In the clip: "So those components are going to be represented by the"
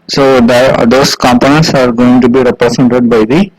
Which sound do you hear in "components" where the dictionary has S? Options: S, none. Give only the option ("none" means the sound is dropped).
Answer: S